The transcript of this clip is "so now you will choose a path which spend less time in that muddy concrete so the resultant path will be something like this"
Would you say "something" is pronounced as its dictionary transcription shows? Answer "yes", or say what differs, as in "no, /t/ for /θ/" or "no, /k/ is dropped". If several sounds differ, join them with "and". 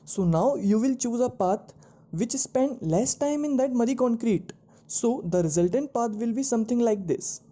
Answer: no, /t/ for /θ/